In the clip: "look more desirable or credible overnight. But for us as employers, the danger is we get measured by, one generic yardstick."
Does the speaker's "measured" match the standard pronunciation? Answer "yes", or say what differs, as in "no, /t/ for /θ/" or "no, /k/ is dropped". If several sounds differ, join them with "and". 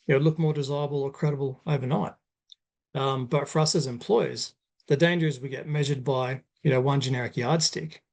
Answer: yes